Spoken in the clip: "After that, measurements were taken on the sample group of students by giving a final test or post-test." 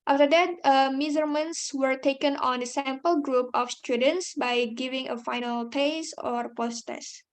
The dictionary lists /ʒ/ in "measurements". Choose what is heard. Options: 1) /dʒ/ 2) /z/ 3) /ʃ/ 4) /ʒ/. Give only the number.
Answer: 2